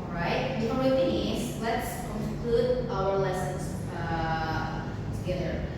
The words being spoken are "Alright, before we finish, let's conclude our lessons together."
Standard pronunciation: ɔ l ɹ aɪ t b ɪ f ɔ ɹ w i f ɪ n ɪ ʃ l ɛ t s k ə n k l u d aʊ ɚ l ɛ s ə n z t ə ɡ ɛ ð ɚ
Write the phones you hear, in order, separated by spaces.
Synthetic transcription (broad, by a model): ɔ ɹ aɪ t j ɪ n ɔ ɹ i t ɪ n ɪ s l ɛ t s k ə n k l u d aʊ ɚ l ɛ s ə n s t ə ɡ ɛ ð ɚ